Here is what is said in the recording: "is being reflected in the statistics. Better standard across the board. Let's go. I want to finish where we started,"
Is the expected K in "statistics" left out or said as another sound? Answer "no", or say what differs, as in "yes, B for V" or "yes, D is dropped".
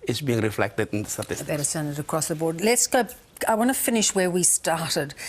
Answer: yes, K is dropped